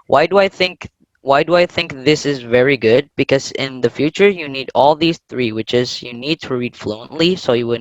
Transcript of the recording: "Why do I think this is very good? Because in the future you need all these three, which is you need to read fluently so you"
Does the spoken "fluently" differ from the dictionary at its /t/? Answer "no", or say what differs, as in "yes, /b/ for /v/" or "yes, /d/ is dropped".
no